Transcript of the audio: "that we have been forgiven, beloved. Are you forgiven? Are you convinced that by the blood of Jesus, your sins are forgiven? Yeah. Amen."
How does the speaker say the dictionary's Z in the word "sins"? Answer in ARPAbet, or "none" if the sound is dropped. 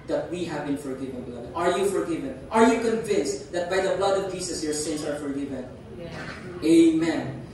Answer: S